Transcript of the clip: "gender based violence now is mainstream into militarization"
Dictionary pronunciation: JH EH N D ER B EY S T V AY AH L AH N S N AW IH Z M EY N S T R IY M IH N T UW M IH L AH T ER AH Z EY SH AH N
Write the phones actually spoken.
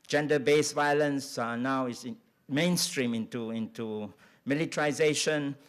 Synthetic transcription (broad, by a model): JH EH N D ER B EY S V AY AH L AH N S N AW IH S M EY N S T R IY M IH N T UW M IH L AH T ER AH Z EY SH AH N